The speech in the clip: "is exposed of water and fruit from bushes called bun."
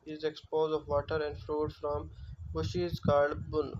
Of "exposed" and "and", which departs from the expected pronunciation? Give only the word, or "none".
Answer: exposed